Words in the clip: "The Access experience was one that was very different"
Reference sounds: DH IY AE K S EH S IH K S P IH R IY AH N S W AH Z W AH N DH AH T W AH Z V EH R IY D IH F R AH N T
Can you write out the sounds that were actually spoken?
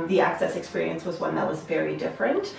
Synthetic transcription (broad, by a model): DH IY AE K S EH S IH K S P IH R IY AH N S W AH Z W AH N DH AH T W AH Z V EH R IY D IH F R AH N T